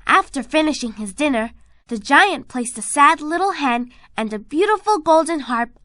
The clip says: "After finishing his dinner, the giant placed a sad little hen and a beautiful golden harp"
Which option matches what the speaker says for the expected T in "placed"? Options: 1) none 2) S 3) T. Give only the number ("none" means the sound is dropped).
3